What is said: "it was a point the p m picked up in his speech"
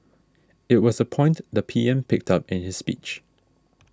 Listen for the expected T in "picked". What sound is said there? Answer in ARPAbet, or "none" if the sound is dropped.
T